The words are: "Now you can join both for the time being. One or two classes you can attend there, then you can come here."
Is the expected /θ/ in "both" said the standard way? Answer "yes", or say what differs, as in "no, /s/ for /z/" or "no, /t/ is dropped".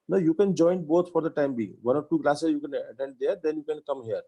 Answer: no, /t/ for /θ/